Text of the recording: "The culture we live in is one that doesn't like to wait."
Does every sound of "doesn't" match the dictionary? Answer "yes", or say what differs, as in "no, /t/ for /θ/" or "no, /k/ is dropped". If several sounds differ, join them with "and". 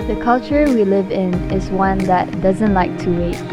yes